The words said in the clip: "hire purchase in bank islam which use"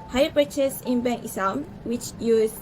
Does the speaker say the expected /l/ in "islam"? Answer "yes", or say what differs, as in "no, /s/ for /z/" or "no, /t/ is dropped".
no, /l/ is dropped